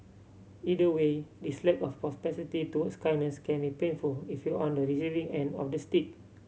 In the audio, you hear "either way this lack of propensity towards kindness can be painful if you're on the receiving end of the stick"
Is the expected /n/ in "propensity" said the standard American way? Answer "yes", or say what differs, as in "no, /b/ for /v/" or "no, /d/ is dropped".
no, /n/ is dropped